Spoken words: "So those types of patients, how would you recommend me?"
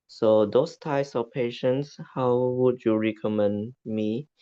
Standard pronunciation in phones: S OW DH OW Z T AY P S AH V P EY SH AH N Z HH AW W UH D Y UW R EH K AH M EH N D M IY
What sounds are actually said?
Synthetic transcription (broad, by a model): S OW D OW S T AY P S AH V P EY SH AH N S HH AW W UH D Y UW R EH K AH M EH N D M IY